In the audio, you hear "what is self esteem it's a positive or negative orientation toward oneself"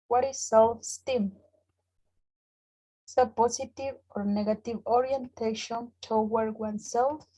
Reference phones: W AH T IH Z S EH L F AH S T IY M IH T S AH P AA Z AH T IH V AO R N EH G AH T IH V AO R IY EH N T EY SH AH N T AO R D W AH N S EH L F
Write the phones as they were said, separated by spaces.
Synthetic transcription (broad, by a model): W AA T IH S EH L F S T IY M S AH P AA S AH T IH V AO R N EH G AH T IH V AO R IY EH N T EY SH AH N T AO W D W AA N S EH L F